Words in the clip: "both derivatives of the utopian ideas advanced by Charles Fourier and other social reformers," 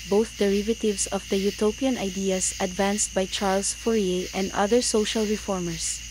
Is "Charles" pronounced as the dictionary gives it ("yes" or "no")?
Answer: no